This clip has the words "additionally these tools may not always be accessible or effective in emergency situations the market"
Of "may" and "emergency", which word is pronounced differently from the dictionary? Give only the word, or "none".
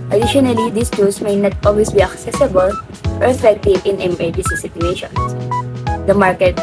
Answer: emergency